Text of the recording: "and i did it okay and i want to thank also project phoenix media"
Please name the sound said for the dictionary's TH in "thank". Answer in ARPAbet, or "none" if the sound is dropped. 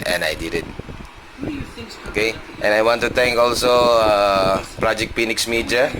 T